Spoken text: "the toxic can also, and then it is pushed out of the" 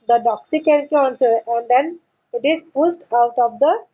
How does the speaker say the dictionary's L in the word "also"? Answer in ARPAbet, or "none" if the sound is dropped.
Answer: N